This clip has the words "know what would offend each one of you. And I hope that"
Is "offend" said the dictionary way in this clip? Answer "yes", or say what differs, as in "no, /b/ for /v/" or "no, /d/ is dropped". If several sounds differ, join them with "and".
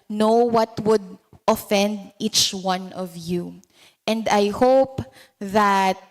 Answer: yes